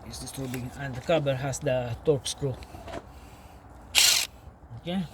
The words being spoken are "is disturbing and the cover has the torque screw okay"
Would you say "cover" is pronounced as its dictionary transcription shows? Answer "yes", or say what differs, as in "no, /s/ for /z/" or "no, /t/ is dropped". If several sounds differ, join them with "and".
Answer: no, /b/ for /v/